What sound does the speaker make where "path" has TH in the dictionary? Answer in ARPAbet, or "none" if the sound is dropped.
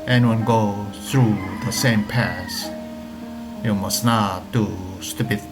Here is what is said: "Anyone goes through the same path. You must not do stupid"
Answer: S